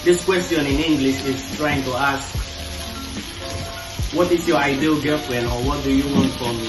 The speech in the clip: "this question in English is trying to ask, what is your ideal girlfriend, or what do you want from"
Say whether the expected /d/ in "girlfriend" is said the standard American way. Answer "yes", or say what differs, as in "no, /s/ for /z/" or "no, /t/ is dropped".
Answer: no, /d/ is dropped